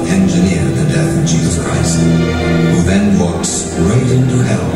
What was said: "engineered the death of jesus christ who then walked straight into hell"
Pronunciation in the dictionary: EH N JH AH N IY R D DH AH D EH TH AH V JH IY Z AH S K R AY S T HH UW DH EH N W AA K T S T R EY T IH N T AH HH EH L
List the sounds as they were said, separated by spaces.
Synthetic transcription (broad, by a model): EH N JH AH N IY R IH DH AH D EH TH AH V JH IY Z AH S K R AY S T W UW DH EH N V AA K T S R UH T IH N T AH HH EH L